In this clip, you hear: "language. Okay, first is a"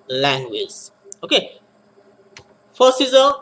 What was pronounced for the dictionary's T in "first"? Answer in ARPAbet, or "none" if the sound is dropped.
none